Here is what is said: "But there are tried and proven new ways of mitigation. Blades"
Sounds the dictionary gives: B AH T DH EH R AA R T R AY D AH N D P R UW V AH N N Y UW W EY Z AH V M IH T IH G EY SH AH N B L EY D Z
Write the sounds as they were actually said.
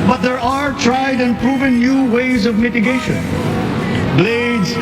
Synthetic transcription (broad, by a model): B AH T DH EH R AA R T R AY D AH N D P R UW V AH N N Y UW W EY Z AH V M IH T IH G EY SH AH N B L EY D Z